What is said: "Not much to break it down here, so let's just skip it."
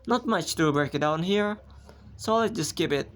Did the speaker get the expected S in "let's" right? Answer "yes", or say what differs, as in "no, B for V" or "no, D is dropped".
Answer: no, S is dropped